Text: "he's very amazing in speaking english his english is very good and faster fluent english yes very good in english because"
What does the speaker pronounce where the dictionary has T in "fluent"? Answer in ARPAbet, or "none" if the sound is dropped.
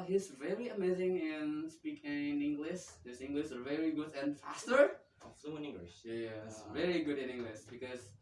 none